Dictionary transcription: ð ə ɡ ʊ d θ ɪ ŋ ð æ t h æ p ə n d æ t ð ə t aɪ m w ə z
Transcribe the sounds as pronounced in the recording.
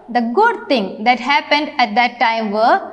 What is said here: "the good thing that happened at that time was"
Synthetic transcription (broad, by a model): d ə ɡ ʊ d t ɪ ŋ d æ t h æ p ə n d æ t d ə t aɪ m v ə